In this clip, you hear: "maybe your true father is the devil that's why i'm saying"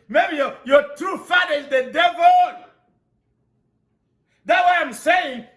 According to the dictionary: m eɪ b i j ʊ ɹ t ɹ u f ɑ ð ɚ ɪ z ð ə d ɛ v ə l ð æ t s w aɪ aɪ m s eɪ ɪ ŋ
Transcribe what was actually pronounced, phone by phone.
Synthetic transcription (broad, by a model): m eɪ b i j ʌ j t u f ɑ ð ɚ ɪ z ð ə d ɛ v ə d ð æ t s w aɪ aɪ m s eɪ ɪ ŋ